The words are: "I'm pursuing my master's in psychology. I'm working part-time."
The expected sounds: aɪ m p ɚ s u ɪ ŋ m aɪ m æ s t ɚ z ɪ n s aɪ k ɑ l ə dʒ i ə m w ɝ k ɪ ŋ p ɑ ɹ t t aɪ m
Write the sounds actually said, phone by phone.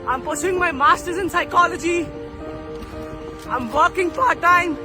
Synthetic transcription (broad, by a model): aɪ m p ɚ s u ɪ ŋ m aɪ m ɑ s t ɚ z ɪ n s aɪ k ɑ l ə dʒ i ə m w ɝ k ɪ ŋ f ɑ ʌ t t aɪ m